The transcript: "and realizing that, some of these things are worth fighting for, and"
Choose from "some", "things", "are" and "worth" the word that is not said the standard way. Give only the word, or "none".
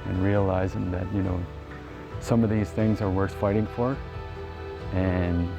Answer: none